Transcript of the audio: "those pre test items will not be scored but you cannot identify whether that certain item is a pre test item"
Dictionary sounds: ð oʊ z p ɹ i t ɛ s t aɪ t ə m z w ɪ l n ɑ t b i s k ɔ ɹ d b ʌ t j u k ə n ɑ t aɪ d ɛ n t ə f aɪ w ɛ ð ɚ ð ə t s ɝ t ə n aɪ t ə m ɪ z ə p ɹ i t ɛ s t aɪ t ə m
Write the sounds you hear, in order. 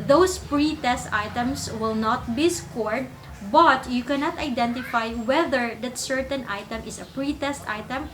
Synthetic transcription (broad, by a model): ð oʊ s p ɹ i t ɛ s t aɪ t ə m s w ɪ l n ɑ t b i s k ɔ ɹ d b ʌ t j u k ə n ɑ t aɪ d ɛ n t ə f aɪ w ɛ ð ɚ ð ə t s ɝ t ə n aɪ t ə m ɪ s ə p ɹ i t ɛ s t aɪ t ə m